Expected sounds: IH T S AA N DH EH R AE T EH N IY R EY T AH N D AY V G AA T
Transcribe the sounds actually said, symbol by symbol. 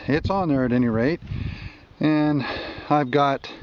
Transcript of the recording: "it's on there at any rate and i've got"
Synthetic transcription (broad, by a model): IH T S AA N DH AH R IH T EH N IY R EY T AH N AY V G AA T